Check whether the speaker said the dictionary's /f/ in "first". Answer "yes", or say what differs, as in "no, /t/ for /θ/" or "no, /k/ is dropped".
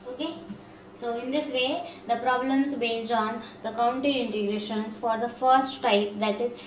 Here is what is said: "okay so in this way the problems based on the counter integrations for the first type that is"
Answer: yes